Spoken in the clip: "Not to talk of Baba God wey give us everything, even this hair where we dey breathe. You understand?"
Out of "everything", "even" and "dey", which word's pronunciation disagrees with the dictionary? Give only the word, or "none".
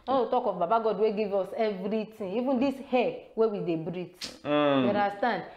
everything